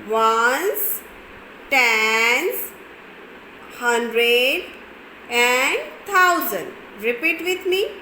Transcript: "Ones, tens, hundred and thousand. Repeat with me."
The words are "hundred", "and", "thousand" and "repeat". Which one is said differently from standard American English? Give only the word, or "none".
thousand